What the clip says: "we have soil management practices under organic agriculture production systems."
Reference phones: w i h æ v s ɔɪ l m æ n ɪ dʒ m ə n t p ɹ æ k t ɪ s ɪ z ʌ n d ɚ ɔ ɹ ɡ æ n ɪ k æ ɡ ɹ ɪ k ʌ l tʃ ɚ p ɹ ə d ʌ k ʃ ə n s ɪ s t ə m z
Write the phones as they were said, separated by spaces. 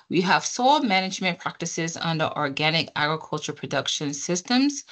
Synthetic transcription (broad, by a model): w i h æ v s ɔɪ l m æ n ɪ dʒ m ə n p ɹ æ k t ɪ s ɪ z ʌ n d ɚ ɔ ɹ ɡ æ n ɪ k æ ɡ ɹ ɪ k ʌ l tʃ ɚ p ɹ ə d ʌ k ʃ ə n s ɪ s t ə m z